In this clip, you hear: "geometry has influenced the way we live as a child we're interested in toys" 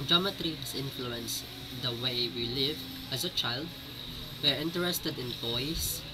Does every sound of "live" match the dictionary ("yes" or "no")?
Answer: yes